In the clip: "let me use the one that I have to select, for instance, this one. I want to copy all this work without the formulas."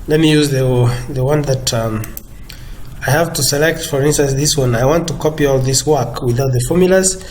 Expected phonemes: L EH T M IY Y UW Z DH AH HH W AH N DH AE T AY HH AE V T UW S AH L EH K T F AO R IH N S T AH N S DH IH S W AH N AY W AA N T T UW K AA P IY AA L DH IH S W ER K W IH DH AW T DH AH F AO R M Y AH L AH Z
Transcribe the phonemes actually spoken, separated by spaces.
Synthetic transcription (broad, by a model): L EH T M IY Y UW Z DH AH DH W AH N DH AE T AY HH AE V T UW S AH L EH K T F AO R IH N S T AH N S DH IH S W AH N AY W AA N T T UW K AA P IY AA L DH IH S W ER K W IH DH AW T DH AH F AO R M Y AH L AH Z